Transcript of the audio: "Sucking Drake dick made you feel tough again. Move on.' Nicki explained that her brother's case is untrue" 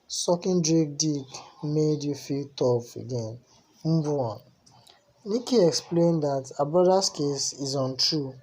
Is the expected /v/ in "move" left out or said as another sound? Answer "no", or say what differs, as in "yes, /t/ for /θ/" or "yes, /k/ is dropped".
yes, /v/ is dropped